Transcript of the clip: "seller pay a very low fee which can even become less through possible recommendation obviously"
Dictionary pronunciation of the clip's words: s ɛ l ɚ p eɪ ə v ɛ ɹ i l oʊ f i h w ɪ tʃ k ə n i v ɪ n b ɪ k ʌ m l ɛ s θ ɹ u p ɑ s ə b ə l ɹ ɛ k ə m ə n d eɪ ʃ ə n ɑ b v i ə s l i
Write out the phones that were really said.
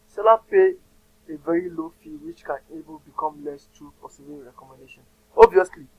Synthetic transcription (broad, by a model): s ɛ l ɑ p eɪ ə v ɛ ɹ i l oʊ f i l w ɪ tʃ k ə n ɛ b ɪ l b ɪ k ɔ m l ɛ s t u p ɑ s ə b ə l ɹ ɛ k ə m ə n d eɪ ʃ ə n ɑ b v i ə s l i